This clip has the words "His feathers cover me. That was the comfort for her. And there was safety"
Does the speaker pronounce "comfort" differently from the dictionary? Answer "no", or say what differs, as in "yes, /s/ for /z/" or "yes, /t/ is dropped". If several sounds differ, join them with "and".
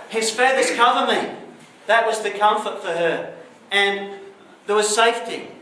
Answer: no